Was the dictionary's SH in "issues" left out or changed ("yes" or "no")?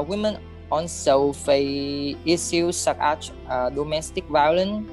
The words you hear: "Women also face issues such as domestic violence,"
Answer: yes